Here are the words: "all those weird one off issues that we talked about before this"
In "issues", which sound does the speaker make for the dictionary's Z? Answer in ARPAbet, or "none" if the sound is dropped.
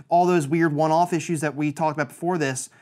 Z